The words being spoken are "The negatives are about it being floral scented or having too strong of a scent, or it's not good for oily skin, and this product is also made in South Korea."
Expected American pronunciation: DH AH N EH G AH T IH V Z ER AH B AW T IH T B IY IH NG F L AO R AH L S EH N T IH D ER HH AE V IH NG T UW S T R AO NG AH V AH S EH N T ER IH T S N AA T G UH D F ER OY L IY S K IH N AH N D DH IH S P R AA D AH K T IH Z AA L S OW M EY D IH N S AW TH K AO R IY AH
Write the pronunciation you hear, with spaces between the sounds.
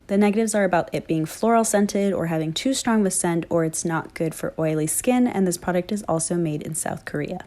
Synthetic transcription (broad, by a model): DH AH N EH G AH T IH V Z ER AH B AW T IH T B IY IH NG F L AO R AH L S EH N T IH D ER HH AE V IH NG T UW S T R AO NG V AH S EH N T ER IH T S N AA T G UH D F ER OY L IY S K IH N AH N DH IH S P R AA D AH K T IH Z AA L S OW M EY D IH N S AW TH K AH R IY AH